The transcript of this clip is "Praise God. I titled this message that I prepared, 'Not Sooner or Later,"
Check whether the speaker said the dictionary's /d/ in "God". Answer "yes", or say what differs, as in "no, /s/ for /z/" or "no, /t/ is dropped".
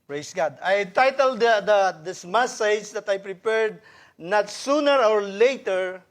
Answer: yes